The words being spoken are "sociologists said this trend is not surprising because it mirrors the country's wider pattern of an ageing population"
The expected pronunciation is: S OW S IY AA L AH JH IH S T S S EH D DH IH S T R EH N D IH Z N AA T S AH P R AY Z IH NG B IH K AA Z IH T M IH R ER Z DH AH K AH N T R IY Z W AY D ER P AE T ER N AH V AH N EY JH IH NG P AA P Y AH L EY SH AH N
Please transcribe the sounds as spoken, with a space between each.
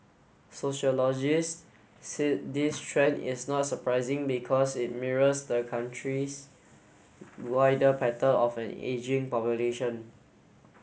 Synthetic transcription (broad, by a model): S OW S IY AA L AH JH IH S S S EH D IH S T R EH N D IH S N AA T S AH P R AY Z IH NG B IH K AA S IH T M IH R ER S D AH K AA N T R IY S W AY D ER P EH T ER L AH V AH N EY JH IH NG P AA P Y AH L EY SH AH N